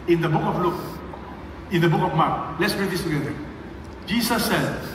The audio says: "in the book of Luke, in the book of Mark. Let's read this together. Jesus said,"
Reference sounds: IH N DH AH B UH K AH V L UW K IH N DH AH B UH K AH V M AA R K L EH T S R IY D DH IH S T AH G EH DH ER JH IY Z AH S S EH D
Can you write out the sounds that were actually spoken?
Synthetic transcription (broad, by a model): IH N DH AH B UH K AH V L UW K IH N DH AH B UH K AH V M AA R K L EH T S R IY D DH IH S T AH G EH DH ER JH IY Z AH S S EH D